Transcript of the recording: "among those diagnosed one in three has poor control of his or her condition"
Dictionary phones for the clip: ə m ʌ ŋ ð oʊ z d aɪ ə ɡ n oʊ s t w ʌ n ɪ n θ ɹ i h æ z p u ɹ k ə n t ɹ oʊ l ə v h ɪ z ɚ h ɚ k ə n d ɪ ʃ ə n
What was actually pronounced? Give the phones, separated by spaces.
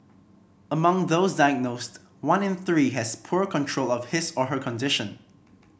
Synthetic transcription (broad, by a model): ə m ʌ ŋ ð oʊ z d aɪ ə ɡ n oʊ s t w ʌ n ɪ n θ ɹ i h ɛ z p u ɹ k ə n t ɹ oʊ l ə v h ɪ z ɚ h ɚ k ə n d ɪ ʃ ə n